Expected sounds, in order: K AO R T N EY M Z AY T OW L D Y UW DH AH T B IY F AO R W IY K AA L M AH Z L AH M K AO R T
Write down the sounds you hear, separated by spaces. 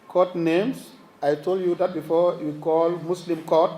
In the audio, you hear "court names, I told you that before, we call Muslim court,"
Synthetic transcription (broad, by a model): K AO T N EY M S AY T OW L D Y UW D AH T B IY F AO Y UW K AA L M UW S L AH M K AO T